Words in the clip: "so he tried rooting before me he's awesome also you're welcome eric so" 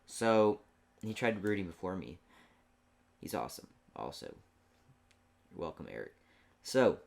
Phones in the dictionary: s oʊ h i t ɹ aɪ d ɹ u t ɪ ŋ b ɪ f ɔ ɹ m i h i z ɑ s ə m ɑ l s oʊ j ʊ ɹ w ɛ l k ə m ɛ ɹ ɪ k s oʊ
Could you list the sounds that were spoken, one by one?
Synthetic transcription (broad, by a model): s oʊ h i t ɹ aɪ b ɹ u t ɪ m b ɪ f ɔ ɹ m i h i z ɑ s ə m ɑ l s oʊ ʊ w ɛ l k ə m ɛ ɹ ɪ k s oʊ